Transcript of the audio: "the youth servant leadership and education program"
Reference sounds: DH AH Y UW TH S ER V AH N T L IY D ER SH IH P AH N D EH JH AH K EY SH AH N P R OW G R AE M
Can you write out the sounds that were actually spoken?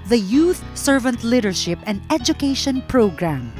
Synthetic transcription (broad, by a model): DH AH Y UW TH S ER V AH N T L IY D ER SH IH P AH N D EH JH AH K EY SH AH N P R OW G R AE M